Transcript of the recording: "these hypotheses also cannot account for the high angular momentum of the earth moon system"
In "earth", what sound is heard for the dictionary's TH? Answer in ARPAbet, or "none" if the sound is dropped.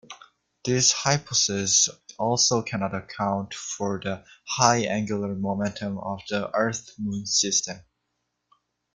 TH